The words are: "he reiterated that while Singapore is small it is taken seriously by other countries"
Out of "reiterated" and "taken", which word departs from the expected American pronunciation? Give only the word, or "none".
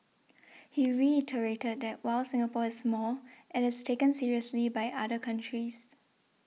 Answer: none